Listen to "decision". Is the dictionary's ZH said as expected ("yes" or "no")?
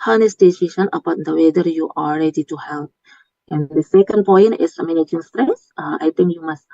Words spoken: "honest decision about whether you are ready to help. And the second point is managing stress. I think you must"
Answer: no